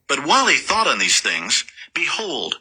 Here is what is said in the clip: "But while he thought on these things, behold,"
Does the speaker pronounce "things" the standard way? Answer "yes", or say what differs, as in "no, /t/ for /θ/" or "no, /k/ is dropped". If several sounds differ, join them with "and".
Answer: yes